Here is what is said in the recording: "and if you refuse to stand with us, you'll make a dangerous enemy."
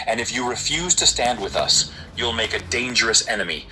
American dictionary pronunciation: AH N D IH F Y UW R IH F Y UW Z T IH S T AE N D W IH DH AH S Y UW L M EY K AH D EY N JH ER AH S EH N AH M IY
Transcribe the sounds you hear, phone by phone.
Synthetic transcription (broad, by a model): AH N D IH F Y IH R IH F Y UW Z T IH S T AE N D W IH DH AH S Y UW L M EY K AH D EY N JH ER AH S EH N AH M IY